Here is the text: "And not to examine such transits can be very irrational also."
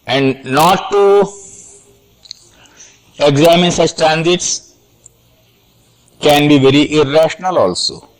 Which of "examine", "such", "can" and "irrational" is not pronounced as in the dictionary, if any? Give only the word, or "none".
none